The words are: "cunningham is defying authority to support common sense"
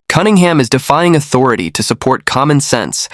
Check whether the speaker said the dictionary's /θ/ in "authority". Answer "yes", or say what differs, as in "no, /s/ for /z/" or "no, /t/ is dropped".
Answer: yes